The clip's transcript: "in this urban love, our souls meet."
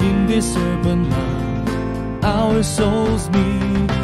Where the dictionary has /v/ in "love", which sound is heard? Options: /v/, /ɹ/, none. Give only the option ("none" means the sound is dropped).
none